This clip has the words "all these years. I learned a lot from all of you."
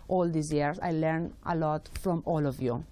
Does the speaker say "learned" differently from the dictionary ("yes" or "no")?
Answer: yes